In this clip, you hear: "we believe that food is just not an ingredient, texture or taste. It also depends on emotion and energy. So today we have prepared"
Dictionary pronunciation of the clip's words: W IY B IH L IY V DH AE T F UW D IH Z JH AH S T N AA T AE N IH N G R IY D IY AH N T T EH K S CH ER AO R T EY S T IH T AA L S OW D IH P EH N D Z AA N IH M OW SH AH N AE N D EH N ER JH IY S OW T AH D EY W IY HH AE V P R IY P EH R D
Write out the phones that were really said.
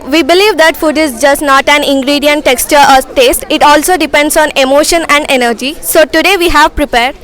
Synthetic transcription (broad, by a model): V IY B IH L IY V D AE T F UW D IH Z JH AH S T N AA T AE N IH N G R IY D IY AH N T T EH K S CH ER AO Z T EY S T IH T AA L S OW D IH P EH N D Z AA N IH M OW SH AH N AE N D EH N ER JH IY S OW T AH D EY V IY HH AE V P R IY P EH R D